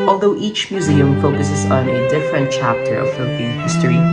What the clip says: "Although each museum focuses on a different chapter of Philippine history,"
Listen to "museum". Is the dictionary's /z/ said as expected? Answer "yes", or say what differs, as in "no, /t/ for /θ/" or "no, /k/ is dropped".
yes